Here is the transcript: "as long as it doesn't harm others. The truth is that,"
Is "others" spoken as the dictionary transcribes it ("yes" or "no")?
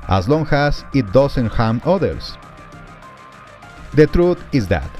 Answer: no